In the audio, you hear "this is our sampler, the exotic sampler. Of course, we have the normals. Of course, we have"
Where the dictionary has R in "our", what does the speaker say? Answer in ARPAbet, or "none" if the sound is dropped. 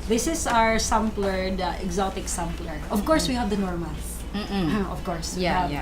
R